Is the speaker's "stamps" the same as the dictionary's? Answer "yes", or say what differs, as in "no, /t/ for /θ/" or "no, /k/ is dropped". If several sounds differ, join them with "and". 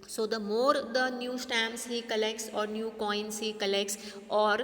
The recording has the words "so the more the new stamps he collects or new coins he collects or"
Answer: no, /p/ is dropped